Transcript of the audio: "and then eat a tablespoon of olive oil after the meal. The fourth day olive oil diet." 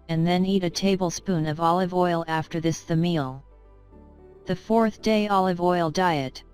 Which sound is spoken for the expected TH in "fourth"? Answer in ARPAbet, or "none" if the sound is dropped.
TH